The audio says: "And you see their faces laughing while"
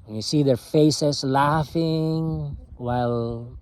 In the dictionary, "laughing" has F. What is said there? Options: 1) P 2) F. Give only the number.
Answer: 2